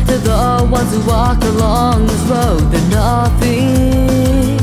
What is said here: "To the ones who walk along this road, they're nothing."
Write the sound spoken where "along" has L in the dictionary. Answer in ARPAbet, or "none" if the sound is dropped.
L